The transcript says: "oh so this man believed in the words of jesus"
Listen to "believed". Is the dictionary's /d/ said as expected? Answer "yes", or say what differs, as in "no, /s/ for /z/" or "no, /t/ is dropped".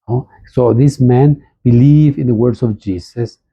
no, /d/ is dropped